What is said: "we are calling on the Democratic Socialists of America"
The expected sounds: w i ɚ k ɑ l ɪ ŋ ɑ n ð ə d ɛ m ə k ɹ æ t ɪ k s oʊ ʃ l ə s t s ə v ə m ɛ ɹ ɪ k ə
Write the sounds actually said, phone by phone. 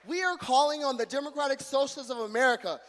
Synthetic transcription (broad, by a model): w i ɚ k ɑ l ɪ ŋ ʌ n ð ə d ɛ m ə k ɹ æ t ɪ k s oʊ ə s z ə v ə m ɛ ɹ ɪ k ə